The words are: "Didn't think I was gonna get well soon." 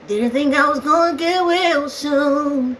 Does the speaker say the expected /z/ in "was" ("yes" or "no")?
yes